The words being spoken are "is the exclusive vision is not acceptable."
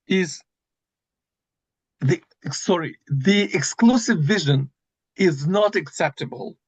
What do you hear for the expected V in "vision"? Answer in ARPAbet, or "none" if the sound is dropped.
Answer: V